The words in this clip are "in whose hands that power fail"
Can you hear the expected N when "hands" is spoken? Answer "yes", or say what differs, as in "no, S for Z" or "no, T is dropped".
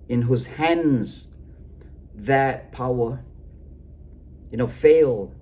yes